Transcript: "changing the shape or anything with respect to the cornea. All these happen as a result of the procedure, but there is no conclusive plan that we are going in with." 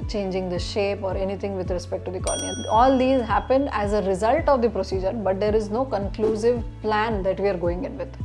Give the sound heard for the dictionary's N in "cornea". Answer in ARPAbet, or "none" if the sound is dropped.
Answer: none